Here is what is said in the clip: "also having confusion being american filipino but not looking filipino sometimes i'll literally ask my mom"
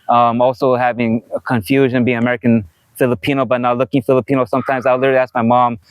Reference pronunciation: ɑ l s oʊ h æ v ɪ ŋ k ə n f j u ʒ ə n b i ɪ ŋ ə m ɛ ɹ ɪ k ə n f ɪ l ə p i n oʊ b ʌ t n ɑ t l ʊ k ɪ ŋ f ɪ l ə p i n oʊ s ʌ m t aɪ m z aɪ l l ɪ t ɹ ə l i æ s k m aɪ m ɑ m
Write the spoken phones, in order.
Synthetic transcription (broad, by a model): ɑ l s oʊ h æ v ɪ ŋ k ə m f j u ʒ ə n b i ɪ ŋ ə m ɛ ɹ ɪ k ə n f ɪ l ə p i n oʊ b ʌ t n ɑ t l ʊ k ɪ ŋ f ɪ l ə p i n oʊ s ʌ m t aɪ m z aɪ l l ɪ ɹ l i æ s k m aɪ m ɑ m